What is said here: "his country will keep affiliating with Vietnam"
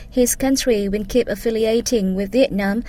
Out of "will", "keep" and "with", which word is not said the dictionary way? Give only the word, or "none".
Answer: will